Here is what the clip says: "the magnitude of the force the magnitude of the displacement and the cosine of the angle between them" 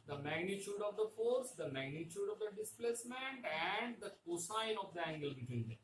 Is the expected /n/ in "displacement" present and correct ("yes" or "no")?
yes